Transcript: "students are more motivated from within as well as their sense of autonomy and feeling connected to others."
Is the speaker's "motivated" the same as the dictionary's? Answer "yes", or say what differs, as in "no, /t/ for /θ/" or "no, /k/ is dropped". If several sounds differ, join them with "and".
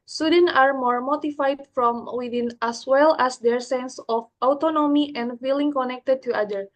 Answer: no, /f/ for /v/